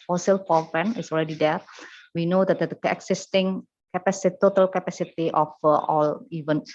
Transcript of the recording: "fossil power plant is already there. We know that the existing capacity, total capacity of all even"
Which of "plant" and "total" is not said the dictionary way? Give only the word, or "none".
plant